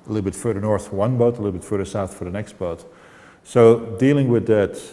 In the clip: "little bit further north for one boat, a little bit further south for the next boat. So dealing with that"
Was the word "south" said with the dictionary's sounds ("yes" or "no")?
yes